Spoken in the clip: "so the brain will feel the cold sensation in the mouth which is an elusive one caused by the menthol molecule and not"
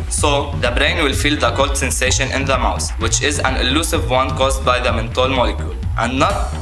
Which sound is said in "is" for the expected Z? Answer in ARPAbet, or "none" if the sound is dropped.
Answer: Z